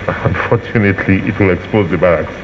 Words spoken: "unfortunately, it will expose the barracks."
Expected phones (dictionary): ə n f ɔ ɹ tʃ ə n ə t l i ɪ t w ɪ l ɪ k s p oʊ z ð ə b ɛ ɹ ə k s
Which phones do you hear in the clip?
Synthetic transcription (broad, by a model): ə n f ɔ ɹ tʃ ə n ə t l i ɪ t w ɪ l ɪ k s p oʊ z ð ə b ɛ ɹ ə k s